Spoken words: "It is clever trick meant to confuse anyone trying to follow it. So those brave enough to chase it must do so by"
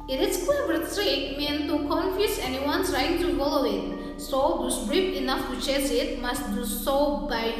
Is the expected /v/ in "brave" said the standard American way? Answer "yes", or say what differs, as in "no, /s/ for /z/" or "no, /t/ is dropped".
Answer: no, /p/ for /v/